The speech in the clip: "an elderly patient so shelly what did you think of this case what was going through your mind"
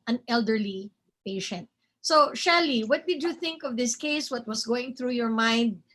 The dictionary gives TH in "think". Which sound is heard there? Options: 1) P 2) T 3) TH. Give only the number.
3